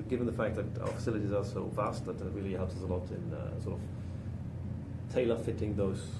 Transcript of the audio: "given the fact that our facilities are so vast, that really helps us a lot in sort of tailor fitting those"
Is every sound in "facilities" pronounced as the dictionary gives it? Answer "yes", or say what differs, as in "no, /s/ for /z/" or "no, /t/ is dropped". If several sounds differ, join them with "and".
yes